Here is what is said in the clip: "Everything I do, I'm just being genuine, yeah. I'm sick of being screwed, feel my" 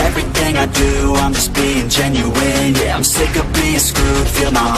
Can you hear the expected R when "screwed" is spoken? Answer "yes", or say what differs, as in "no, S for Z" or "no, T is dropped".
no, R is dropped